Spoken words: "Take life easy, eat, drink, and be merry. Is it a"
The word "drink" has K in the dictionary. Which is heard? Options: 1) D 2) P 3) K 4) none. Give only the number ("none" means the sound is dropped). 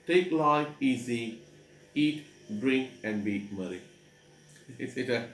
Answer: 3